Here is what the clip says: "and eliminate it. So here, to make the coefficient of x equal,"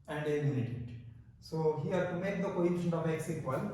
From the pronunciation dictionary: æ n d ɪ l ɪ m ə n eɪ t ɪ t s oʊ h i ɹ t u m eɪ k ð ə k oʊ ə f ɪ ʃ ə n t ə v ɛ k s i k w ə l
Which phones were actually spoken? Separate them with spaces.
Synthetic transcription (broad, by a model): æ n d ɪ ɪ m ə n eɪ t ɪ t s oʊ h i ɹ t u m eɪ k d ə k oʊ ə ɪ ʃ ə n ə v ɛ k s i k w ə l